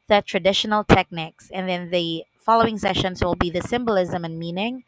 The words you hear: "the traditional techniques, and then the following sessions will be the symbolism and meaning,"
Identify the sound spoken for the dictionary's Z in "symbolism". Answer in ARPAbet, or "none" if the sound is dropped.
Z